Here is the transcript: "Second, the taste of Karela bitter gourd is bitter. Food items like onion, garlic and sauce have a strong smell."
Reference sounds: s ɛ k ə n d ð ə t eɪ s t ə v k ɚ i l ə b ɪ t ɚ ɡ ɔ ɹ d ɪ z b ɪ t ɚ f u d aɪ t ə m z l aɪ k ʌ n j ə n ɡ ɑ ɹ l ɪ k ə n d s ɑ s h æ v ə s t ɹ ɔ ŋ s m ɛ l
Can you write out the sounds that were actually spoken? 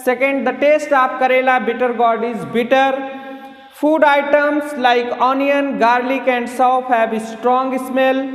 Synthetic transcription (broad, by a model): s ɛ k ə n d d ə t eɪ s t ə p k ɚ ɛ l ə b ɪ t ɚ ɡ ɔ ɹ d ɪ z b ɪ t ɚ f u d aɪ t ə m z l aɪ k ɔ n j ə n ɡ ɑ ɹ l ɪ k ə n d s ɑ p h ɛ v ə s t ɹ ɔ ŋ s m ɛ l